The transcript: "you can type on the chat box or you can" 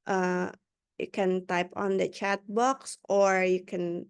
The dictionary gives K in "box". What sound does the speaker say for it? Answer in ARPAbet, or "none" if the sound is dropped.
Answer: K